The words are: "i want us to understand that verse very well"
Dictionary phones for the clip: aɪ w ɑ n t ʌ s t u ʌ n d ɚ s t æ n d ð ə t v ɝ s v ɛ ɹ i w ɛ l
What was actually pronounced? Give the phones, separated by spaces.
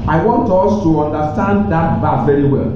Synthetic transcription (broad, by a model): aɪ w ɑ n t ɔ s t u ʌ n d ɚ s t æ n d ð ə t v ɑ v ɛ ɹ i w ɛ l